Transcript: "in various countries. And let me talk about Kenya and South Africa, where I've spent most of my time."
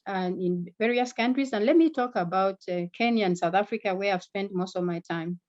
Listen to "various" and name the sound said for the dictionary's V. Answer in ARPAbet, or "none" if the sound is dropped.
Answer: V